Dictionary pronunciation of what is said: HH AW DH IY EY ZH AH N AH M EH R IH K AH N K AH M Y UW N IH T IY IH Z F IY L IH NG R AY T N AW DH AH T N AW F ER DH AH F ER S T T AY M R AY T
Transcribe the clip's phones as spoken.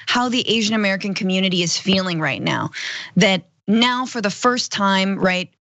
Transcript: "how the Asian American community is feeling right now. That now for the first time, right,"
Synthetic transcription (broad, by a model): HH AW DH IY EY ZH AH N AH M EH R IH K AH N K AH M Y UW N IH T IY IH Z F IY L IH NG R AY T N AW DH AH T N AW F ER DH AH F ER S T T AY M R AY T